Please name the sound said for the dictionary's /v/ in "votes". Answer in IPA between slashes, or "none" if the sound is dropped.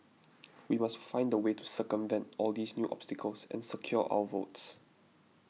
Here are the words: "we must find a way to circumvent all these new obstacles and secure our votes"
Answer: /v/